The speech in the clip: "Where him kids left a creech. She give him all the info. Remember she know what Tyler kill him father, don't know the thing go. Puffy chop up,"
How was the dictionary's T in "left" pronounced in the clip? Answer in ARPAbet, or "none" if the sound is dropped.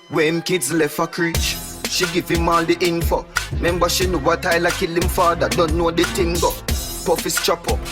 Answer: none